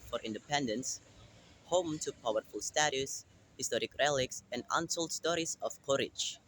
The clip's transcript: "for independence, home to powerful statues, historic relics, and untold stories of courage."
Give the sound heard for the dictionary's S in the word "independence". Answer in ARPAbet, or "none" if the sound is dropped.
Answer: S